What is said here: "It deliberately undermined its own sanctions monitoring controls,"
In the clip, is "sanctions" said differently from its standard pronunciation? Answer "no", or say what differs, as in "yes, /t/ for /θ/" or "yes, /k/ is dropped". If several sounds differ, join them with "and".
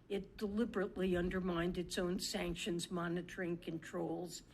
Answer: no